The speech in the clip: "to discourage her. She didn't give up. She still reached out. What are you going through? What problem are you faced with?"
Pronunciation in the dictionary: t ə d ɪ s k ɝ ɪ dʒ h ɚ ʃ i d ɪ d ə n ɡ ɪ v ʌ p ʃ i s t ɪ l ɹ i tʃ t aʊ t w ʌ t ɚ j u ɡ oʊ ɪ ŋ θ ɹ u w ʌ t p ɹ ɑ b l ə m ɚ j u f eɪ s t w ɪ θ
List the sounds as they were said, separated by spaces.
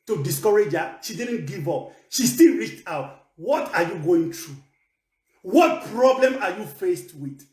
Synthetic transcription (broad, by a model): t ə d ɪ s k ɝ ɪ dʒ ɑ ʃ i d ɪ d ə n ɡ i v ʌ p ʃ i s t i l ɹ i tʃ t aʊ t w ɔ t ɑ j u ɡ oʊ ɪ ŋ t ɹ u w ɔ t p ɹ ɑ b l ə m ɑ j u f eɪ s t w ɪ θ